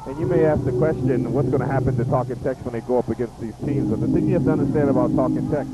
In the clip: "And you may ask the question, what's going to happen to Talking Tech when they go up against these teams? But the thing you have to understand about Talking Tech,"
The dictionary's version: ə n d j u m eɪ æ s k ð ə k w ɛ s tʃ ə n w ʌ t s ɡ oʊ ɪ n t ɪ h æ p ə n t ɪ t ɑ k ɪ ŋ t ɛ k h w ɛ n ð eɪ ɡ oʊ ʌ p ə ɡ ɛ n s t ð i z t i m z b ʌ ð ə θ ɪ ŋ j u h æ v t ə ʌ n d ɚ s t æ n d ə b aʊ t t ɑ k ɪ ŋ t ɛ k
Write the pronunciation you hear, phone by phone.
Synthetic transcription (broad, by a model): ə n j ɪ m eɪ æ s k ð ə k w ɛ s tʃ ə n w ʌ t s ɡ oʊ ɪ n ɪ h æ p ə n t ɪ t ɑ k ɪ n t ɛ k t w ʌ n ð eɪ ɡ oʊ ʌ p ə ɡ ɛ n s t ð i z t i m z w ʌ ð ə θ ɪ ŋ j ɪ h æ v t ə ʌ n d ɚ s t æ n d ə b aʊ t t ɑ k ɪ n t ɛ k